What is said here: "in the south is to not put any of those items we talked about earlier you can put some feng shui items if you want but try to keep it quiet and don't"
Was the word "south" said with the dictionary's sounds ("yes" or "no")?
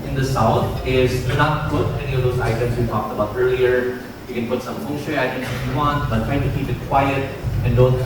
no